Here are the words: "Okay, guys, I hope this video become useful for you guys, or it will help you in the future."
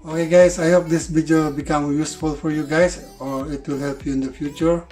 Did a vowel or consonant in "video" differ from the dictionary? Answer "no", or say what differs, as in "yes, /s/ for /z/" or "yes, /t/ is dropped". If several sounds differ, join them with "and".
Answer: yes, /b/ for /v/